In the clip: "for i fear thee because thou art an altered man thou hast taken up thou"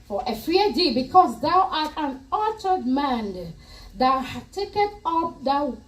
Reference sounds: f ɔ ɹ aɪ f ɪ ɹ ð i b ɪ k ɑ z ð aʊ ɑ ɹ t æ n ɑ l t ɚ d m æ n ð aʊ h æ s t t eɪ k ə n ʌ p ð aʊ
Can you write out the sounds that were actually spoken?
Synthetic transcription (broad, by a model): f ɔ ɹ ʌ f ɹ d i b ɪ k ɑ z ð aʊ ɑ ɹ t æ n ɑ t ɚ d m æ n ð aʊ h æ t t eɪ k ə n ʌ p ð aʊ